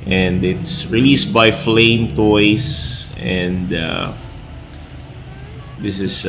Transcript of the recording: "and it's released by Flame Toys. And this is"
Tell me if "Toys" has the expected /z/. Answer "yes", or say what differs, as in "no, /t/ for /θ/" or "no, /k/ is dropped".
no, /s/ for /z/